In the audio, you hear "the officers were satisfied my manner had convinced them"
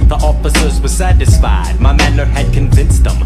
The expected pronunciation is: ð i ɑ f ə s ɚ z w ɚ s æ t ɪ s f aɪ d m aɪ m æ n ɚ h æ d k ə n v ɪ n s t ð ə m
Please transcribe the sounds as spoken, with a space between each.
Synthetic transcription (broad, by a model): ð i ɑ f ə s ɚ z w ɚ s æ t ɪ s f aɪ d m aɪ m æ n ɚ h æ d k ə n v ɪ n s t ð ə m